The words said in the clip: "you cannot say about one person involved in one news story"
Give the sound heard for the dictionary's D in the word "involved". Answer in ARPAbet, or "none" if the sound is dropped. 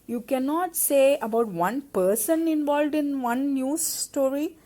D